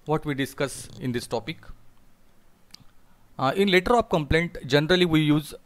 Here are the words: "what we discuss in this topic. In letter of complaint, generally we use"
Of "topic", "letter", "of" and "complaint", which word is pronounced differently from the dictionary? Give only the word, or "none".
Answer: of